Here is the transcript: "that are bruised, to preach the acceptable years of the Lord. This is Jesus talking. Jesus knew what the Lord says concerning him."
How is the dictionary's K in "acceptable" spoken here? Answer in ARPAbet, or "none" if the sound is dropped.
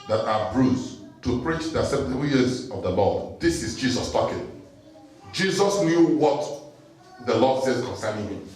none